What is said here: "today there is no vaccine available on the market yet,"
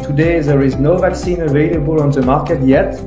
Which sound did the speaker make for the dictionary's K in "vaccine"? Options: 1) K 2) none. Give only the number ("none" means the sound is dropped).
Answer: 1